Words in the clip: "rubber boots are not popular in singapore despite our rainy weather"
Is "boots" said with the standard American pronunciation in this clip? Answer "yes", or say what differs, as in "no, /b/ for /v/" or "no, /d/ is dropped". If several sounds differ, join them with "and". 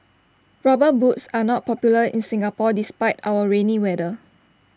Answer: yes